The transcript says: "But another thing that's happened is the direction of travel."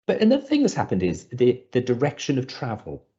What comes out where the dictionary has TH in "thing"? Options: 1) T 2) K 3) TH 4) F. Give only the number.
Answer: 3